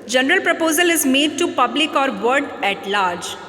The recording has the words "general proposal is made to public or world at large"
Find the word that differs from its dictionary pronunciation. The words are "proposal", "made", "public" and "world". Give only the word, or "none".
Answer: world